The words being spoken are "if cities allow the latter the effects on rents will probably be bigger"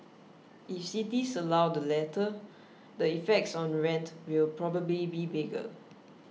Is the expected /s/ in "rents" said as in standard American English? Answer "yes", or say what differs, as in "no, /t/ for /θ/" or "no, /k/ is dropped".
no, /s/ is dropped